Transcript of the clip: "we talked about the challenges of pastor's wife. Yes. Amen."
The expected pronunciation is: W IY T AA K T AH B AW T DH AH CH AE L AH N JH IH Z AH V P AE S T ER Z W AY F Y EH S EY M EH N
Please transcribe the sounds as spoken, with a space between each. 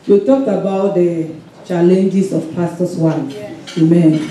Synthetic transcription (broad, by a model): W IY T AA K T AH B AW T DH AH CH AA L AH N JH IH S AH F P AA S T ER S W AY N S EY M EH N